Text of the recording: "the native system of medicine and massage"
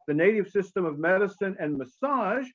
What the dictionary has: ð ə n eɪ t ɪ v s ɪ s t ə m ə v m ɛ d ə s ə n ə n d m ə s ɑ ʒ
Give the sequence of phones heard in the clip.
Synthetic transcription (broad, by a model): ð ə n eɪ t ɪ v s ɪ s t ə m ə v m ɛ d ə s ə n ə n m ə s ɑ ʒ